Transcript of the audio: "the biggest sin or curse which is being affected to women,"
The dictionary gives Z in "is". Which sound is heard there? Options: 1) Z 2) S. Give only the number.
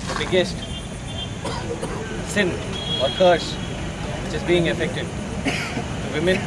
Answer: 1